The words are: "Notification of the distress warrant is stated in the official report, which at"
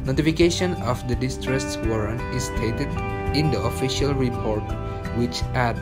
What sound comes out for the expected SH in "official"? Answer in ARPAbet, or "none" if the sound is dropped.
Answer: SH